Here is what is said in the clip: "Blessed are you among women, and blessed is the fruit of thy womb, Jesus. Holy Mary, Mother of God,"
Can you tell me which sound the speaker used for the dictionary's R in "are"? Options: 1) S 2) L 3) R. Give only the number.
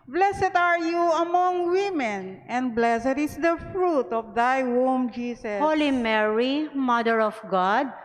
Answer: 3